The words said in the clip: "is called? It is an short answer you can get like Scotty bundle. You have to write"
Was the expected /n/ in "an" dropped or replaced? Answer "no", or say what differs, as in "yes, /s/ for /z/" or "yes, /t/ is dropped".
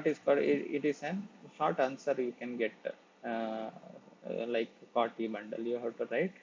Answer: no